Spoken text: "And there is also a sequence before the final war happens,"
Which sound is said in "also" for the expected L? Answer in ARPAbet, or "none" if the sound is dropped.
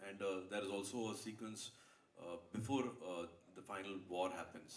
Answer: L